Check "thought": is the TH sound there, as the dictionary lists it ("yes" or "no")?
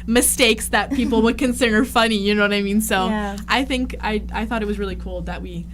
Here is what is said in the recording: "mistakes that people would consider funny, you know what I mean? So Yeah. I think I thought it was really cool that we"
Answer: yes